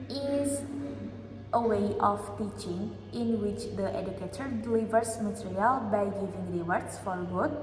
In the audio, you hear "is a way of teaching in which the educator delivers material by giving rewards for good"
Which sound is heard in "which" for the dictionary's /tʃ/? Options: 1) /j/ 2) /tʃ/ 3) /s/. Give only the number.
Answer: 2